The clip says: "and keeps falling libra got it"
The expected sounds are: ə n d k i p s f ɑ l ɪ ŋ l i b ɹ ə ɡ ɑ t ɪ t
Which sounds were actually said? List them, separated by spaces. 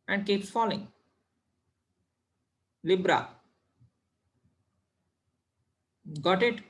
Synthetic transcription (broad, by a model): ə n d k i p f ɑ l ɪ ŋ l i b ɹ ə ɡ ɑ t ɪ t